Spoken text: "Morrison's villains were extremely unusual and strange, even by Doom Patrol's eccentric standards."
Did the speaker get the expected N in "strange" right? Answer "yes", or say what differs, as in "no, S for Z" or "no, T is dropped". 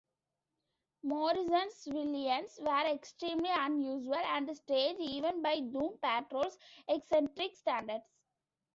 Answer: no, N is dropped